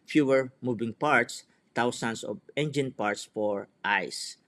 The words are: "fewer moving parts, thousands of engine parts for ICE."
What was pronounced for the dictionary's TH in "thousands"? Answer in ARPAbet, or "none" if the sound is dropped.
T